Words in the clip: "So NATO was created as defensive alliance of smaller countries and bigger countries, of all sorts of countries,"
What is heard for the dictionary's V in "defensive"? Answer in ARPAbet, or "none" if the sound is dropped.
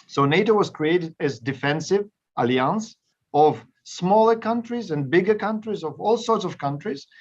V